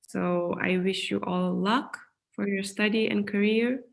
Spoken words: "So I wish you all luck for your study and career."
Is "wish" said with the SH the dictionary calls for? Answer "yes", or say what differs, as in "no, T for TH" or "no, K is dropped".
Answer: yes